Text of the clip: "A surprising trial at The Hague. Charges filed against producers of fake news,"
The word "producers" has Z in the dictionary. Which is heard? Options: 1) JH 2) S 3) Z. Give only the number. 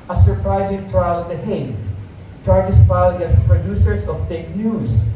2